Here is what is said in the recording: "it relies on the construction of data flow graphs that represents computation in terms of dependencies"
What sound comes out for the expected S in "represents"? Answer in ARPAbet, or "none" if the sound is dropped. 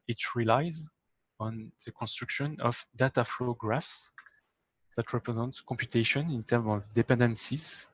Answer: none